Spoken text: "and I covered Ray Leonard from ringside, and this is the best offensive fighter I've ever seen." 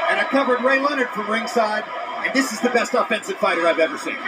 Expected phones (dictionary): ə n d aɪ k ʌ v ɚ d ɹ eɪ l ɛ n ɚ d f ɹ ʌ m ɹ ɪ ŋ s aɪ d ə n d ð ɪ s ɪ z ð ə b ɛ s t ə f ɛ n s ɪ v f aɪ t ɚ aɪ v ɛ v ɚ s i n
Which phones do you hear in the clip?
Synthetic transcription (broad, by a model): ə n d aɪ k ʌ v ɚ d ɹ eɪ l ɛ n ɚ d f ɹ ʌ m ɹ ɪ ŋ s aɪ d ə n ð ɪ s ɪ z ð ə b ɛ s t ə f ɛ n s ɪ v f aɪ t ɚ aɪ v ɛ v ɚ s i n